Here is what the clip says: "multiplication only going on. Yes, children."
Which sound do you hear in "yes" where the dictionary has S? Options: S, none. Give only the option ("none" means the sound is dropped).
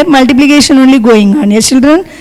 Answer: none